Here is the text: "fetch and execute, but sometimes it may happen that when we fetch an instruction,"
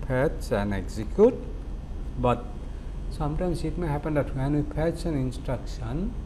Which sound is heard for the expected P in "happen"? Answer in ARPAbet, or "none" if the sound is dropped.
P